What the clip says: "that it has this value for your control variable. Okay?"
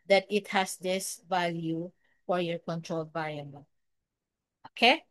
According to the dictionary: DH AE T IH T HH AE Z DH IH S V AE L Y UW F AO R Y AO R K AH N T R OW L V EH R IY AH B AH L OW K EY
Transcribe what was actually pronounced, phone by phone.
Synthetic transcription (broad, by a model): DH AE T IH T HH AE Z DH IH S V AE L Y UW F AO R Y AO R K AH N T R OW L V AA IY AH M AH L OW K EY